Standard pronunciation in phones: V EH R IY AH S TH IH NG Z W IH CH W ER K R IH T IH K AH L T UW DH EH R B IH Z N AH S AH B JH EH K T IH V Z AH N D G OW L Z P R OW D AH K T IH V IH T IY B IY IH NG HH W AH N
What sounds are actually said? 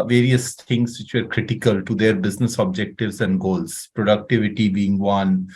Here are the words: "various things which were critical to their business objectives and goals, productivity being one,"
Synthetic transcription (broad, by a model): V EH R IY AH S T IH NG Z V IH CH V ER K R IH T IH K AH L T UW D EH R B IH Z N AH S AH B JH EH K T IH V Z AH N D G OW L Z P R OW D AH K T IH V IH T IY B IY IH NG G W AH N